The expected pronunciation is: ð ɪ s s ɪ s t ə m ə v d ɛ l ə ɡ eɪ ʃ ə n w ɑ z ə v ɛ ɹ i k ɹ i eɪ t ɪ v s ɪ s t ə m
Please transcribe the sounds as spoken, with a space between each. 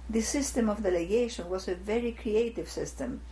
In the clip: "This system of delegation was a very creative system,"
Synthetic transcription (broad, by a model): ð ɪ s s ɪ s t ə m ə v d ɛ l ə ɡ eɪ ʃ ə n w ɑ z ə v ɛ ɹ i k ɹ i eɪ t ɪ v s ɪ s t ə m